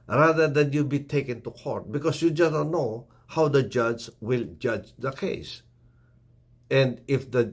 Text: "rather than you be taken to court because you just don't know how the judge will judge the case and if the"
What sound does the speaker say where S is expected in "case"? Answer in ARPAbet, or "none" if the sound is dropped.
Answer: S